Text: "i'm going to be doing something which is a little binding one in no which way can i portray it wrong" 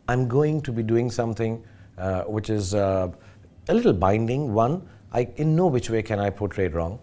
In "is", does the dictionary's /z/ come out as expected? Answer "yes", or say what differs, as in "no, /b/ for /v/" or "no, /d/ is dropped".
yes